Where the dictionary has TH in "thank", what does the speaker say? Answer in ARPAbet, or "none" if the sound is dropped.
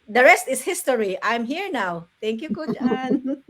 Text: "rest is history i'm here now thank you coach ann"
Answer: T